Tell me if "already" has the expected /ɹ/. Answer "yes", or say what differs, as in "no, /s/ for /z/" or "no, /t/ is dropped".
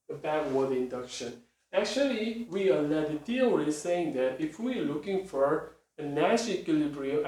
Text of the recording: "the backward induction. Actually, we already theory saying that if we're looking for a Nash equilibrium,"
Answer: no, /ɹ/ is dropped